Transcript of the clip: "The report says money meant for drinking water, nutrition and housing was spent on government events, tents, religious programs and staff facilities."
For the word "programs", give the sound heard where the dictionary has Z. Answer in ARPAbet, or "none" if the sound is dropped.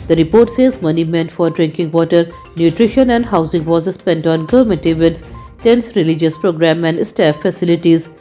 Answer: none